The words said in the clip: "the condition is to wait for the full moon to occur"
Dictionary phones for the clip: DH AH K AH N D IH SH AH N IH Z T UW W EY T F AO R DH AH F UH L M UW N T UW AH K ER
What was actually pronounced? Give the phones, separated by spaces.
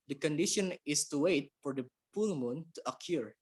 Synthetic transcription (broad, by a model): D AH K AH N D IH SH AH N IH S T UW W EY T F AO R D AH P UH L M UW N T UW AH K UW